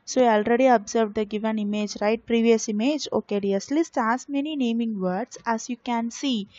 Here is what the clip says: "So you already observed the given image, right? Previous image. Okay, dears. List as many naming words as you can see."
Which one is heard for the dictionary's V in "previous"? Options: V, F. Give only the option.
V